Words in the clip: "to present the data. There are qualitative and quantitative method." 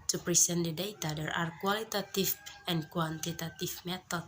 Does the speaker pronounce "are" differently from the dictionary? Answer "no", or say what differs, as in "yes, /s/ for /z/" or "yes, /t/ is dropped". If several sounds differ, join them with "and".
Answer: no